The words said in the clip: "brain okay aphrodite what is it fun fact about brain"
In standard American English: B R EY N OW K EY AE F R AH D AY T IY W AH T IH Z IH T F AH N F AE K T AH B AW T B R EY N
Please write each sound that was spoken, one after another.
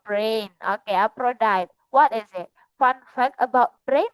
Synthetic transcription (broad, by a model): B R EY N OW K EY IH P R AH D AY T W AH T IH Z IH T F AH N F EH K AH B AW T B R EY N